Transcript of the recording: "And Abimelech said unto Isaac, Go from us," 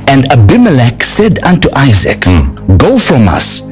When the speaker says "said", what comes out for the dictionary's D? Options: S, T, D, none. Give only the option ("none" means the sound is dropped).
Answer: D